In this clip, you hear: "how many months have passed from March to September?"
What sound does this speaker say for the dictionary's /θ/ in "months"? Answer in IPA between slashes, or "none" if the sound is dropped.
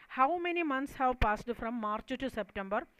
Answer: /t/